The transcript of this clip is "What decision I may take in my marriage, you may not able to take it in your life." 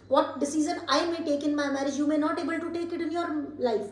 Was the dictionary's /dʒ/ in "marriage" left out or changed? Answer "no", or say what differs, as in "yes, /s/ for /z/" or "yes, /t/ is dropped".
no